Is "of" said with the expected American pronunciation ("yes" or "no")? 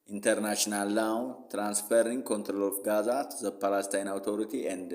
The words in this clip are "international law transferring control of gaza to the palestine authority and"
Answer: no